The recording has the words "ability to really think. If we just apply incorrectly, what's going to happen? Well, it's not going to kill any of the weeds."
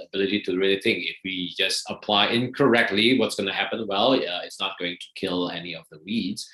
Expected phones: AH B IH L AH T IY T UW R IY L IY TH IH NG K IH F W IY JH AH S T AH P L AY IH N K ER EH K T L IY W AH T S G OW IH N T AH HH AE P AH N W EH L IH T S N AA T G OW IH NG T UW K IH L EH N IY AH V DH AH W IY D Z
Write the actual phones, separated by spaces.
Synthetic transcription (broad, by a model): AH B IH L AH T IY T UW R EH N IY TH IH NG IH F W IY JH AH S T AH P L AY IH N K ER EH K T L IY W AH T S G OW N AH HH AE P AH N W EH L IH T S N AA T G OW IH NG T UW K IH L EH N IY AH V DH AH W IY D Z